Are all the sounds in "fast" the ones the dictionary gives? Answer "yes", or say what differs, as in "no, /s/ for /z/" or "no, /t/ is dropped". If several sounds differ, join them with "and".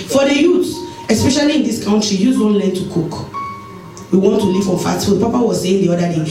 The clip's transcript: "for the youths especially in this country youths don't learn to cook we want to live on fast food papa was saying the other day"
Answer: no, /s/ is dropped